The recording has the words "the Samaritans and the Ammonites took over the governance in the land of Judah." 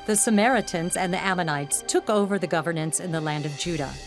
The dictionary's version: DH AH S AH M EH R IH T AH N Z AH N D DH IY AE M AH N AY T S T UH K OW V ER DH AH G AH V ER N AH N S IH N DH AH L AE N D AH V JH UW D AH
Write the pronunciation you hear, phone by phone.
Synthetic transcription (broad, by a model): DH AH S AH M EH R IH T AH N Z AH N DH IY AE M AH N AY T S T UH K OW V ER DH AH G AH V ER N AH N S IH N DH AH L AE N D AH V JH UW D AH